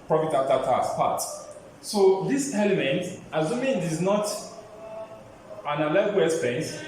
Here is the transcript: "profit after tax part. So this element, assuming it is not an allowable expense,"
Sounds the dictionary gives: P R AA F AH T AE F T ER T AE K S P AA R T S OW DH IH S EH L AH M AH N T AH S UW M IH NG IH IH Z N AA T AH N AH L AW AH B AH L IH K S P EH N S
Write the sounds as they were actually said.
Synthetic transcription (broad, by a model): P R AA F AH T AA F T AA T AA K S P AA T S OW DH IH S EH L AH M AH N T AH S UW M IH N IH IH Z N AA T AH N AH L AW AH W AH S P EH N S